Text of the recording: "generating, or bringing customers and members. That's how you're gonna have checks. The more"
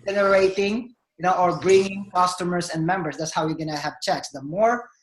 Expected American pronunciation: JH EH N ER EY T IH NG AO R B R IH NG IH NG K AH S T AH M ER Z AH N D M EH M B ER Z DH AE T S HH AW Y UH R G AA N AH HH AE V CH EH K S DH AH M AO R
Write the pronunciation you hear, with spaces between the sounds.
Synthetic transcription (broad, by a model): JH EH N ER EY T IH NG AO R B R IH NG IH NG K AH S T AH M ER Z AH N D M EH M B ER S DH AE T S HH AW Y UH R G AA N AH HH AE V CH EH K S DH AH M AO R